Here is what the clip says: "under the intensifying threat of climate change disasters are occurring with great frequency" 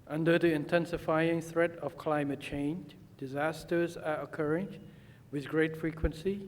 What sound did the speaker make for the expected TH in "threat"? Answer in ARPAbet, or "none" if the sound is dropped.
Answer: TH